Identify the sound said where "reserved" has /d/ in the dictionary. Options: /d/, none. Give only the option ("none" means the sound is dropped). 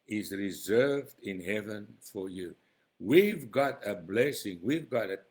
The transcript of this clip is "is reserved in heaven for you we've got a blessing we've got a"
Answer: /d/